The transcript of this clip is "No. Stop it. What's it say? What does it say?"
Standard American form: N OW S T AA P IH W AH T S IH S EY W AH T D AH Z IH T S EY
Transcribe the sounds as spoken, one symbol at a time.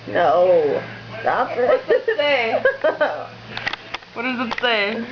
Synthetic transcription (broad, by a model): N OW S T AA F IH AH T IH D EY W AH T D AH Z IH T S EY